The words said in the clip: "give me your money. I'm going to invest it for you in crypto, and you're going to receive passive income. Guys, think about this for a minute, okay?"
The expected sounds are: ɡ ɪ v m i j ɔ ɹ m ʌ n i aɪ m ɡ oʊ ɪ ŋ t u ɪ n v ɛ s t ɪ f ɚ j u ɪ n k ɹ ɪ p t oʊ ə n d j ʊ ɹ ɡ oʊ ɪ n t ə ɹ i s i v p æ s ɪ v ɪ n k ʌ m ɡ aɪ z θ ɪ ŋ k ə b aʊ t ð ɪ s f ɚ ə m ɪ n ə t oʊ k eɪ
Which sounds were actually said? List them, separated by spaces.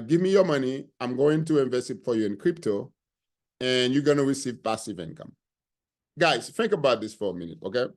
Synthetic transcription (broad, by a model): ɡ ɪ v m i j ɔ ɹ m ʌ n i aɪ m ɡ oʊ ɪ ŋ t u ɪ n v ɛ s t ɪ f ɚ j u ɪ n k ɹ ɪ p t oʊ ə n j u ɡ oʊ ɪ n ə ɹ i s i v p æ s ɪ v ɪ n k ʌ m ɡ aɪ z θ ɪ ŋ k ə b aʊ t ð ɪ s f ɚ ə m ɪ n ə t oʊ k eɪ